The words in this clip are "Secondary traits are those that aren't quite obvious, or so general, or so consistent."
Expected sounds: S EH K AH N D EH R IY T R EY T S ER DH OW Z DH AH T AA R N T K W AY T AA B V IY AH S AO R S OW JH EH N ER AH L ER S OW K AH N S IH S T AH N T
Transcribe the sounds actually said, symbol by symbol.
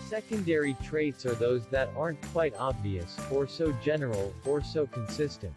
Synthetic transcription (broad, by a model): S EH K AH N D EH R IY T R EY T S ER DH OW Z DH AH T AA R N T K W AY T AA B V IY AH S AO R S OW JH EH N ER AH L ER S OW K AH N S IH S T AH N T